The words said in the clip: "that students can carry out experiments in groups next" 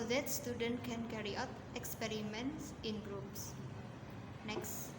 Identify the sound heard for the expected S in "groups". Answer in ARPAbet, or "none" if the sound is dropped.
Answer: S